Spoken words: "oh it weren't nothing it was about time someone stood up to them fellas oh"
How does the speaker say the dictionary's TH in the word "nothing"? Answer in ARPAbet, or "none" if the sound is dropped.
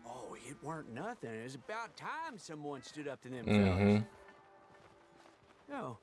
TH